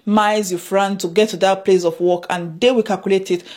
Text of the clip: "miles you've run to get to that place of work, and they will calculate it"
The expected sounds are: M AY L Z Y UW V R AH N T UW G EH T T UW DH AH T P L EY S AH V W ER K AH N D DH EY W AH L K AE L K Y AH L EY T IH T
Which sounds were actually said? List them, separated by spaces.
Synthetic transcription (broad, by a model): M AY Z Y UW F R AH N T UW G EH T T UW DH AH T P L EY S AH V W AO K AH N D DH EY W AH K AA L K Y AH L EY T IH T